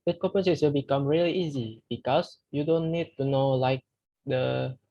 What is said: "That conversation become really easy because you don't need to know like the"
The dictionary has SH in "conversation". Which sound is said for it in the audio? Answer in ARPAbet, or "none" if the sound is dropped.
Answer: S